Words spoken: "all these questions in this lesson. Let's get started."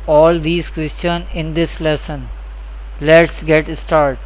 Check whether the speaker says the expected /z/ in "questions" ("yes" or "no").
no